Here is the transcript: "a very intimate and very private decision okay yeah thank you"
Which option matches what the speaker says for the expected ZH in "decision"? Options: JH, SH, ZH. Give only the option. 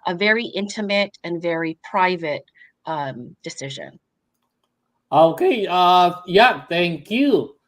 ZH